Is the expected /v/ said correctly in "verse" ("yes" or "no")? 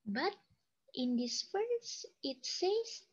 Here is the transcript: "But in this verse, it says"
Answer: no